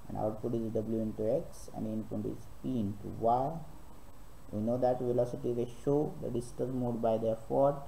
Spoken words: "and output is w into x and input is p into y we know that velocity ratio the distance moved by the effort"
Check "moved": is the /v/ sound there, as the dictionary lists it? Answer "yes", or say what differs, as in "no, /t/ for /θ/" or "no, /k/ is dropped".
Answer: no, /v/ is dropped